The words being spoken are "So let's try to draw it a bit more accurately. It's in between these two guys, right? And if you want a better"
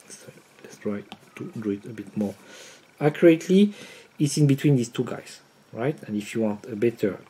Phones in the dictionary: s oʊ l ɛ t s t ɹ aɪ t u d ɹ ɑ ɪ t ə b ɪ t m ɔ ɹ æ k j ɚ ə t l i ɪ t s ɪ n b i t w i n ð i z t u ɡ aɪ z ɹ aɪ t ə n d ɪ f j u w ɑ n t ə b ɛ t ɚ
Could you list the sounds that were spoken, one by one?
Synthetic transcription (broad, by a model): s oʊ l ɛ t s t ɹ aɪ t u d u ɪ t ə b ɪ t m ɔ ɹ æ k j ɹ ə t l i ɪ t s ɪ n b i t w i n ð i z t u ɡ aɪ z ɹ aɪ t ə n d ɪ f j u w ɑ n t ə b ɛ t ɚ